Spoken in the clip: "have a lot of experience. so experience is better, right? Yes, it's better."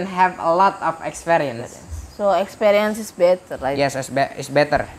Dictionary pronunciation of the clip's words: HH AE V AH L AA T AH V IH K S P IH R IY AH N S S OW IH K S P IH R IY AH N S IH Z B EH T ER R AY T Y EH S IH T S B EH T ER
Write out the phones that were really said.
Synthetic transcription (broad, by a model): HH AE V AH L AA T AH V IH K S P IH R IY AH N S S OW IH K S P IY R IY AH N S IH S B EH T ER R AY Y EH S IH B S B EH T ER